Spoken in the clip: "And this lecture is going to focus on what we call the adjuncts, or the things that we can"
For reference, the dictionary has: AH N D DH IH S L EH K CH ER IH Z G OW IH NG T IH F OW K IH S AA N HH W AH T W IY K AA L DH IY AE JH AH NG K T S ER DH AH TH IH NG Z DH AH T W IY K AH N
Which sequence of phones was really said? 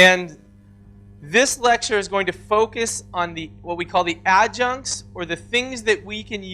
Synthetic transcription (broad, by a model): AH N DH IH S L EH K CH ER IH Z G OW IH NG T IH F OW K IH S N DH W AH T W IY K AA L DH IY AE JH AH NG K S ER DH AH TH IH NG Z DH AH T W IY K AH N